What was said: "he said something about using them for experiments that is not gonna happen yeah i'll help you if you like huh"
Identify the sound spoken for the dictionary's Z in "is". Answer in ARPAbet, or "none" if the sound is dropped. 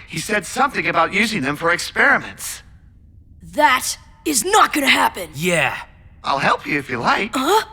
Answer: Z